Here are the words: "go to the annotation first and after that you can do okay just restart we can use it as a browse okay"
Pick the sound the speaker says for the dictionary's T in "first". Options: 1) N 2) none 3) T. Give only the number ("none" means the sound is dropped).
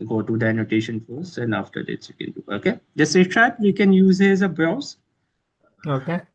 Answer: 2